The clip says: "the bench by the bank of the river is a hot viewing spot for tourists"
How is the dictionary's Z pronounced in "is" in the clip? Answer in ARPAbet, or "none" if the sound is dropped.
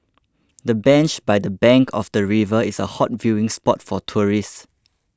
S